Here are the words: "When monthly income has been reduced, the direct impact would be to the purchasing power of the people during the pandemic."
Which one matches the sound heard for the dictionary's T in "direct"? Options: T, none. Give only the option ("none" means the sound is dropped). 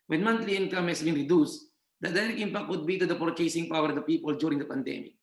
none